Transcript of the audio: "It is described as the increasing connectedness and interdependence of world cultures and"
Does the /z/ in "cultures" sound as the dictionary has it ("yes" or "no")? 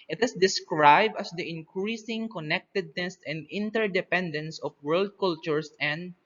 no